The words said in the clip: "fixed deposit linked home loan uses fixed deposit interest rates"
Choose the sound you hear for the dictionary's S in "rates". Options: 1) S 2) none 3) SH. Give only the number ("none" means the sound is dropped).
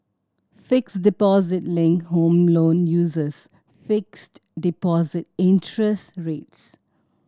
1